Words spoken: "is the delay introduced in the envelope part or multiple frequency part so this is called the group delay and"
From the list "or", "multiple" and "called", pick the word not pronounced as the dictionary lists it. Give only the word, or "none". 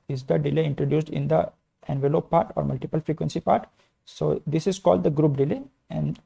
none